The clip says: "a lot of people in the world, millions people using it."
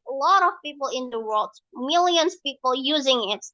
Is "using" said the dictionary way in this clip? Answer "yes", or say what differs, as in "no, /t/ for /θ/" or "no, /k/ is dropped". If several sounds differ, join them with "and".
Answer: yes